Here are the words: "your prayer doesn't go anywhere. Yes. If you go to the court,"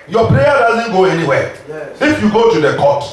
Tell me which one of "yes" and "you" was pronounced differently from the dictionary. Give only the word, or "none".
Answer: yes